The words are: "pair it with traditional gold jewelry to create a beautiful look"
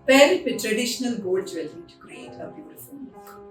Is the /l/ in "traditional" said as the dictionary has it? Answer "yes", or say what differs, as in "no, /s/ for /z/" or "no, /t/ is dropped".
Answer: yes